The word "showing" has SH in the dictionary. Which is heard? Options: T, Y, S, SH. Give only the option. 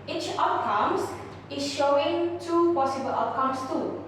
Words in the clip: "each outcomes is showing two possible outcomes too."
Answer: SH